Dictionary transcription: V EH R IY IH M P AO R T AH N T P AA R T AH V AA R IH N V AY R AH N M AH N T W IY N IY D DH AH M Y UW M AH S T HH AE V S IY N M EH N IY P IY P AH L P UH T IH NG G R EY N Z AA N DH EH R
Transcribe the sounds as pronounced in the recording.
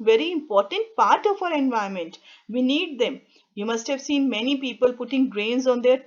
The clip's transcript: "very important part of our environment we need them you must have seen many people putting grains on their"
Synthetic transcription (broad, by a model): V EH R IY IH M P AO R T AH N T P AA R T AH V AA R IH N V AY AH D M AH N T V IY N IY D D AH M Y UW M AH S T HH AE V S IY N M EH N IY P IY P AH L P UH T IH NG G R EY N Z AA N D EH R